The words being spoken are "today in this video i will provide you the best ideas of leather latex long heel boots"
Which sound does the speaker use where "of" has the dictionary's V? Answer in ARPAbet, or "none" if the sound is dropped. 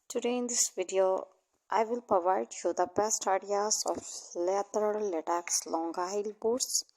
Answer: F